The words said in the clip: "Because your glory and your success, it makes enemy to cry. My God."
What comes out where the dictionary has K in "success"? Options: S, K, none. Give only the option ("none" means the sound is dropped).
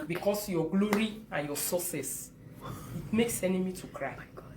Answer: none